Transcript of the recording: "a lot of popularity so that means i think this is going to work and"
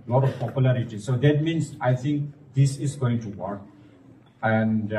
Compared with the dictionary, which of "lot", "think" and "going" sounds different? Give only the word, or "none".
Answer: think